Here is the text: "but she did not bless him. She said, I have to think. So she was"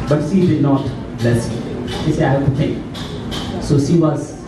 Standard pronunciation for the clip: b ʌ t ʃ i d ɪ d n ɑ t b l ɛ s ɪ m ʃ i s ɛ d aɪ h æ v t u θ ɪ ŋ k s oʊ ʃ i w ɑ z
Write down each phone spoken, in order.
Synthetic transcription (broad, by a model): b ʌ t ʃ i d ɪ d n ɑ t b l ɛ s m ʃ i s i aɪ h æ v t u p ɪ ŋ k s oʊ ʃ i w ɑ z